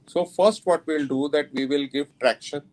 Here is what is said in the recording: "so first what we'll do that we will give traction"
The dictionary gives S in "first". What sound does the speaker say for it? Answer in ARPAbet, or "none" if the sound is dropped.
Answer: S